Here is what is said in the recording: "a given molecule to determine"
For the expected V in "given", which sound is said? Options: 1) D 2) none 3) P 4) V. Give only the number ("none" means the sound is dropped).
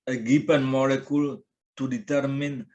3